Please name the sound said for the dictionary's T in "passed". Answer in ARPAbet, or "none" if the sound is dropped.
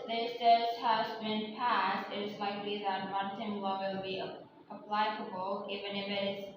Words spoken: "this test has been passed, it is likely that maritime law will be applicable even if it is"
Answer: T